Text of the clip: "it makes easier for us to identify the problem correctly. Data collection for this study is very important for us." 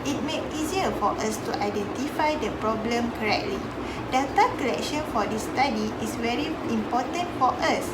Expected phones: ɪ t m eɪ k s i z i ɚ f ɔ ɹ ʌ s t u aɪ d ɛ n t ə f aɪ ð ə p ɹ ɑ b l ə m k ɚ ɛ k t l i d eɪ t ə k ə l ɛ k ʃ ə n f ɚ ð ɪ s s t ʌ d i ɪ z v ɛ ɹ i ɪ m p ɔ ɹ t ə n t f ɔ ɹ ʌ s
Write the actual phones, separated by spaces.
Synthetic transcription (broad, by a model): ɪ t m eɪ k i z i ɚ f ɔ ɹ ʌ s t u aɪ d ɛ n t ə f aɪ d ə p ɹ ɑ b l ə m k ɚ ɛ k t l i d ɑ t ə k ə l ɛ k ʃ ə n f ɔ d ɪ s s t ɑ d i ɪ s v ɛ ɹ i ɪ m p ɔ t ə n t f ɔ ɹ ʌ s